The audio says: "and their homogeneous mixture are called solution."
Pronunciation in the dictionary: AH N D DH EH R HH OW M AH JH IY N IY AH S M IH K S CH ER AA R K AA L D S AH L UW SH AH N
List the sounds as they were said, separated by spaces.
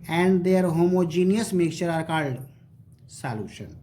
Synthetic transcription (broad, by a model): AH N D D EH R HH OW M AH JH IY N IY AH S M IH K CH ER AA R K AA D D S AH L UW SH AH N